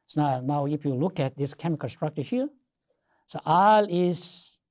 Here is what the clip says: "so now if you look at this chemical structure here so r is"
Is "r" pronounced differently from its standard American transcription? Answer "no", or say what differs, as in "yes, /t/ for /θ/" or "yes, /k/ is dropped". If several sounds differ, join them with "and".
yes, /l/ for /ɹ/